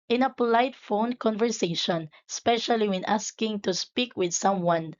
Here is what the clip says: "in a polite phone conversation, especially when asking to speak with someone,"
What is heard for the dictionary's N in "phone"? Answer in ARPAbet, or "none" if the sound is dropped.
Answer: N